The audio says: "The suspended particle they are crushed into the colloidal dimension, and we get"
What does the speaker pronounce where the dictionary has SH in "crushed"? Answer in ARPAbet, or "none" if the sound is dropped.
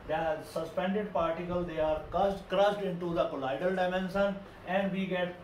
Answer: S